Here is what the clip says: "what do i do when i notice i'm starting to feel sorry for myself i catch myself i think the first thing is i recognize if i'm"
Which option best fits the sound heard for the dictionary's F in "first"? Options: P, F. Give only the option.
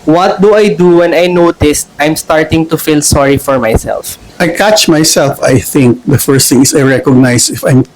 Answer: F